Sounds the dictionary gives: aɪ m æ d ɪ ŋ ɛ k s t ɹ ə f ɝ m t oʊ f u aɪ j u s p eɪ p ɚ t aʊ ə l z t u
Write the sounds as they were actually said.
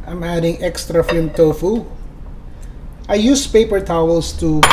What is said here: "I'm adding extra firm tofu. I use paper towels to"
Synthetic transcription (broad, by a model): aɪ m æ d ɪ ŋ ɛ k s t ɹ ə f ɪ m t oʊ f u aɪ j u s p eɪ p ɚ t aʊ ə l s t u